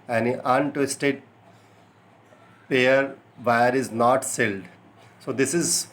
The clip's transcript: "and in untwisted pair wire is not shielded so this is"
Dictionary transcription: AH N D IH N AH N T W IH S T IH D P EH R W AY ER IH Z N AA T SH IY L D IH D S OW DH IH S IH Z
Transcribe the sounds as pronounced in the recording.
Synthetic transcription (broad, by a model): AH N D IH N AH N T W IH S T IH D P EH R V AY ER IH Z N AA T S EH L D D S OW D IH S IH Z